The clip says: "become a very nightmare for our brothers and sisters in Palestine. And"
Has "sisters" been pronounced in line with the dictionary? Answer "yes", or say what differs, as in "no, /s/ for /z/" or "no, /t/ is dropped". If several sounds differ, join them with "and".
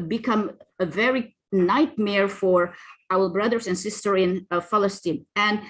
no, /z/ is dropped